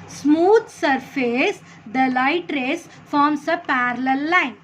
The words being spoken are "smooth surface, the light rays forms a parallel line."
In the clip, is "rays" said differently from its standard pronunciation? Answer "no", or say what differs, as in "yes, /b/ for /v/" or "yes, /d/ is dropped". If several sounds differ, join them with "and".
yes, /s/ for /z/